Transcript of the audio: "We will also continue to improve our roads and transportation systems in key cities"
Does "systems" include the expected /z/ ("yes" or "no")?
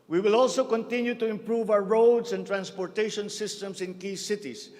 no